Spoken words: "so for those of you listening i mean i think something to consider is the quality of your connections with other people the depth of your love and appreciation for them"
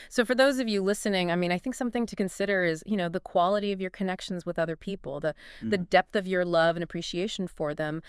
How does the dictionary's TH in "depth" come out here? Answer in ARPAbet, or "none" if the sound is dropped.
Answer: TH